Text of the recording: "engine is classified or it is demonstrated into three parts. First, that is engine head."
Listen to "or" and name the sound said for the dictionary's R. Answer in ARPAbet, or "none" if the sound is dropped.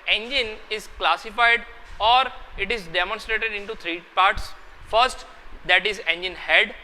R